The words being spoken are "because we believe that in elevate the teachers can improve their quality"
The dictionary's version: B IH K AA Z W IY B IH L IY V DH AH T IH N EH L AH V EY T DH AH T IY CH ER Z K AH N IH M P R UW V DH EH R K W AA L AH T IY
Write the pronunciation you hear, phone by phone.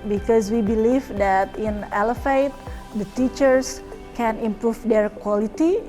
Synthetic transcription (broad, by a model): B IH K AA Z W IY B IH L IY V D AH T IH N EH L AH F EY T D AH T IY CH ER S K AH N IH M P R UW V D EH R K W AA L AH T IY